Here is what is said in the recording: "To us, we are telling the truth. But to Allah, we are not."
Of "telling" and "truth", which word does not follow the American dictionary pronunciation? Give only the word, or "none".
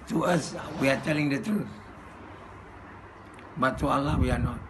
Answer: truth